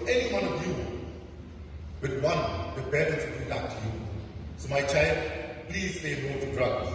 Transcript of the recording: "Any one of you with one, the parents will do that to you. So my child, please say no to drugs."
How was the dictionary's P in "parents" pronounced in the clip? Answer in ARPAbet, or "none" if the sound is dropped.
B